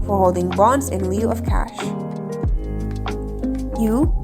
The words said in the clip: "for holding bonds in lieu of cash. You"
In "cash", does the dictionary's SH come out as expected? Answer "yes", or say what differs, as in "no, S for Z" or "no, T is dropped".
yes